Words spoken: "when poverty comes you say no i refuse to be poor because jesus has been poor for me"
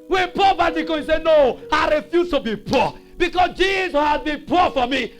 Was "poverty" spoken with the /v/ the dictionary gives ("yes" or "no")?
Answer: no